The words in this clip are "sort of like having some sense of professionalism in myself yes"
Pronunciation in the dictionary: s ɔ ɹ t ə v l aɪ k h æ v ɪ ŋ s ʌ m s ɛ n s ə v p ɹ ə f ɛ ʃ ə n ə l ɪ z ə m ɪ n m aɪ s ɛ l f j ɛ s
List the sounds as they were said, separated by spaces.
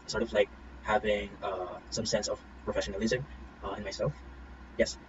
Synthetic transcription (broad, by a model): s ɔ ɹ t ə v l aɪ k h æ v ɪ ŋ s ʌ m s ɛ n s ə v p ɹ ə f ɛ ʃ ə n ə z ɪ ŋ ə ɪ n m aɪ s ɛ l f j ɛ s